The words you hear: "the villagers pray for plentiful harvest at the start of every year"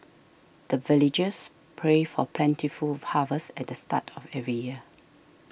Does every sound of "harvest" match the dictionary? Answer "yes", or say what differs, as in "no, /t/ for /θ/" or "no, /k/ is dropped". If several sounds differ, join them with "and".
no, /t/ is dropped